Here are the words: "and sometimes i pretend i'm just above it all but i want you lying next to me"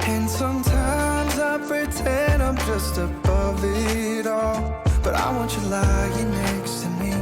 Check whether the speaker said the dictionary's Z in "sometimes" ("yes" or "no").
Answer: yes